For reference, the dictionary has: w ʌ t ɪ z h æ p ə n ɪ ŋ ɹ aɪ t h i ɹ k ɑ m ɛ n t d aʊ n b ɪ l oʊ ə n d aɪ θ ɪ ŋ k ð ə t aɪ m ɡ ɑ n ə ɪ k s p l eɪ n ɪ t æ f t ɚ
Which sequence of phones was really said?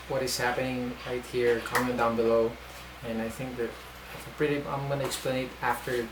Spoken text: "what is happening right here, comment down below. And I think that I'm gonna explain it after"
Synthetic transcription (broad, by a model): w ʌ t ɪ z h æ p ə n ɪ ŋ ɹ aɪ t h i ɹ k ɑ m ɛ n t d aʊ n b ɪ l oʊ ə n aɪ θ ɪ ŋ k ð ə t aɪ m ɡ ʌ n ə ɪ k s p l eɪ n ɪ t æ f t ɚ